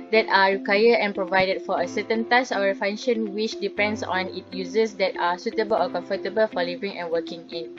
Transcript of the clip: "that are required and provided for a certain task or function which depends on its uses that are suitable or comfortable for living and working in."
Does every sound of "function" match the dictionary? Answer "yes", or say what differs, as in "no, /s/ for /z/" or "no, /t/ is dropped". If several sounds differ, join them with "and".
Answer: no, /k/ is dropped